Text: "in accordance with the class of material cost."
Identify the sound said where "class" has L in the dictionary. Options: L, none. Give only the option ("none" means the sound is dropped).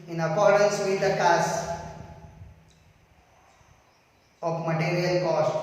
none